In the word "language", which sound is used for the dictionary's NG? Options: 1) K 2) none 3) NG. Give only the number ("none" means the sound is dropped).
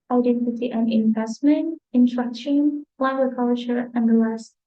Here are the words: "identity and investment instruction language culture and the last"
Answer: 2